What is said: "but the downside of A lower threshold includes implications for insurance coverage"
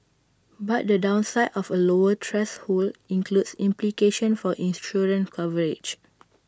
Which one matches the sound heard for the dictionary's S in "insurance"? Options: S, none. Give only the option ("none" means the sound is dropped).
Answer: none